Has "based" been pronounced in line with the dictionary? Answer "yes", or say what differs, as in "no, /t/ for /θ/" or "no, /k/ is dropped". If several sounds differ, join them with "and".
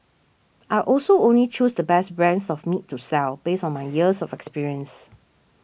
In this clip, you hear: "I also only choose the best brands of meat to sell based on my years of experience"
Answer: no, /t/ is dropped